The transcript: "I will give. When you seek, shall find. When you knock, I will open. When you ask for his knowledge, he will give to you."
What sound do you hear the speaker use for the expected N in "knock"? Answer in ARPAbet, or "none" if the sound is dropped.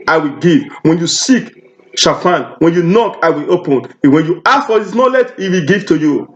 N